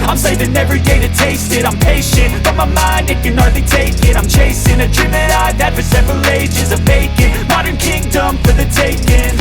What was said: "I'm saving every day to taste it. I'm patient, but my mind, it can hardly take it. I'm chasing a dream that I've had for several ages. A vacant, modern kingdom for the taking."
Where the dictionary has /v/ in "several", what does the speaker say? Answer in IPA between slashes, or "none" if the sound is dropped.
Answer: /v/